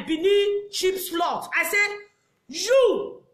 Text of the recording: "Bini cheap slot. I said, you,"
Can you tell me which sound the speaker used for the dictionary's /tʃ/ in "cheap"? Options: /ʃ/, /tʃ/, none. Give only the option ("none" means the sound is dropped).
/ʃ/